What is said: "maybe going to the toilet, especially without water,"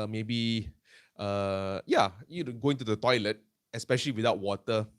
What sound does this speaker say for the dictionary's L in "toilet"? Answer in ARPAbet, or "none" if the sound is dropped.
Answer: L